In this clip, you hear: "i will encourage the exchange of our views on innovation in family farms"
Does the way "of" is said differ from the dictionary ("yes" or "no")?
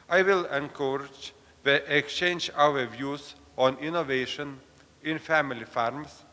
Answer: yes